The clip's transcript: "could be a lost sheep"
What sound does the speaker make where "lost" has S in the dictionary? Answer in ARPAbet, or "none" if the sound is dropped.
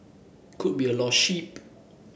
none